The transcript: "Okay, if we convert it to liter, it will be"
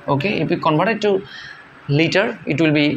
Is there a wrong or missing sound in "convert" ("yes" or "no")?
yes